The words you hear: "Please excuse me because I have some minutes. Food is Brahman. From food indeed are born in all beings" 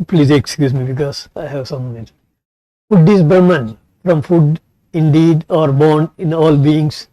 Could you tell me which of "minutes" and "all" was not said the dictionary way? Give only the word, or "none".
minutes